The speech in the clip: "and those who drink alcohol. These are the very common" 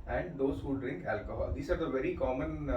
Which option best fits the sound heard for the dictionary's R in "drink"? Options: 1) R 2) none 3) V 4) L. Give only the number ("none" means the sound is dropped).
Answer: 1